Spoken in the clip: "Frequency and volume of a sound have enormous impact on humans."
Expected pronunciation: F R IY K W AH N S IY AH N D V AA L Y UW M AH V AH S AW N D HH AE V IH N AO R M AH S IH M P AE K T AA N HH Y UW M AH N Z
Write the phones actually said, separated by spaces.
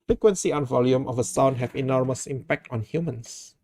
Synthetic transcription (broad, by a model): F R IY K W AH N S IY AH N V AA L Y UW M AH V AH S AW N D HH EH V IH N AO R M AH S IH M P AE K T AA N HH Y UW M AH N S